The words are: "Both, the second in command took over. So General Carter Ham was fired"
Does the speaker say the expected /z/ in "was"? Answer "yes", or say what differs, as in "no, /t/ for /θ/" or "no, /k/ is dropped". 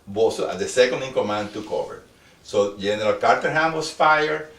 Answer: no, /s/ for /z/